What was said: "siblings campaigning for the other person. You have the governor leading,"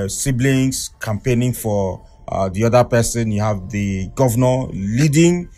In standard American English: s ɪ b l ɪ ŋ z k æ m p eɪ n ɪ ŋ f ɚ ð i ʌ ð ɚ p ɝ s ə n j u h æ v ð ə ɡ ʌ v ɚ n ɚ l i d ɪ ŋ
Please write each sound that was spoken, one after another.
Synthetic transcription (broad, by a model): s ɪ b l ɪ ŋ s k æ m p eɪ n ɪ ŋ f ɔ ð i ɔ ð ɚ p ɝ s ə n j u h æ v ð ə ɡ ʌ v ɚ n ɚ l i d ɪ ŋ